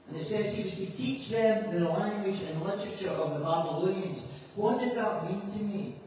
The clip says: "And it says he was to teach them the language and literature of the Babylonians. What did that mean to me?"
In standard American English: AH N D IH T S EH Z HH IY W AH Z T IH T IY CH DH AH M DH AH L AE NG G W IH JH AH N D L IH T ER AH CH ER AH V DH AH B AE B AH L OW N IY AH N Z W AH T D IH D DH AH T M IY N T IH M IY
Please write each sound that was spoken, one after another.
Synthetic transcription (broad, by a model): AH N IH T S EH Z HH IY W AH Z T IH T IY CH DH AH M DH AH L AE NG G W IH JH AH N L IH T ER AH CH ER AH V DH AH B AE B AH L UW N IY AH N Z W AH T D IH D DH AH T M IY N T IH M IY